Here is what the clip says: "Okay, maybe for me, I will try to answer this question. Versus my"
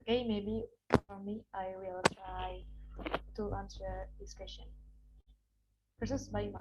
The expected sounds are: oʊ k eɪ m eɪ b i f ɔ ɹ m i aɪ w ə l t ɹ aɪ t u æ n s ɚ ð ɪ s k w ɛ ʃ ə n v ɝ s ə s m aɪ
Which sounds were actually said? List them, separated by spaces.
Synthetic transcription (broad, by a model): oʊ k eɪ m eɪ b i f ɔ ɹ m i aɪ w ə l t ɹ aɪ t u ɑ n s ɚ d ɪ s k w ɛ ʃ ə n p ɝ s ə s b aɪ